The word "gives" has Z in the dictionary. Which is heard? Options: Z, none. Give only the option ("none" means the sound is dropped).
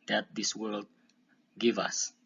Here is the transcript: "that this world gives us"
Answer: none